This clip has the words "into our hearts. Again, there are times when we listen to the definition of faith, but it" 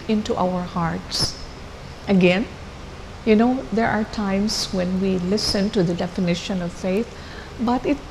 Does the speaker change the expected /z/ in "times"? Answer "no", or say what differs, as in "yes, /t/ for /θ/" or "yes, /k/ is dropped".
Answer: yes, /s/ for /z/